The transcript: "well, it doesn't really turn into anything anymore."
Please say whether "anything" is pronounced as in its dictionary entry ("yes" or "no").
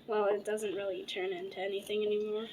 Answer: yes